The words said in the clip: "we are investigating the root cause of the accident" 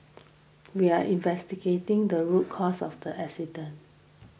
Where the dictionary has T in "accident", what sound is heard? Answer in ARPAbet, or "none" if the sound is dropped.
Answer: none